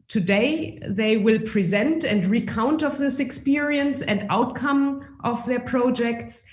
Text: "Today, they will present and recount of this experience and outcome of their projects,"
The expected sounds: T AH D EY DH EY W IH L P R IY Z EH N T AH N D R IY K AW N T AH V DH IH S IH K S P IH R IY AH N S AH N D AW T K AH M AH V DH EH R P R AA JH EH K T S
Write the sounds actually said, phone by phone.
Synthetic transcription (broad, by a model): T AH D EY DH EY W IH L P R IY Z EH N T AH N D R IY K AW N T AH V DH IH S IH K S P IH R IY AH N S AH N D AW T K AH M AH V DH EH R P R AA JH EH K T S